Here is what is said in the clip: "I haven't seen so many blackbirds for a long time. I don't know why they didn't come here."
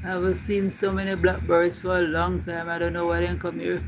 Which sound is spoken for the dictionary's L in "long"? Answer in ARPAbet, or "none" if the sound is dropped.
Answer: L